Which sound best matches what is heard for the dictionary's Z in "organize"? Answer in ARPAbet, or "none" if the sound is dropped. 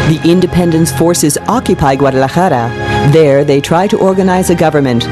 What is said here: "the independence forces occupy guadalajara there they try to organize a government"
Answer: Z